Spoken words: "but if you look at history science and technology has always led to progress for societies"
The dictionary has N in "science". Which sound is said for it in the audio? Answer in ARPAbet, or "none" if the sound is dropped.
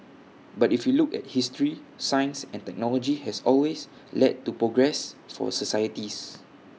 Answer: N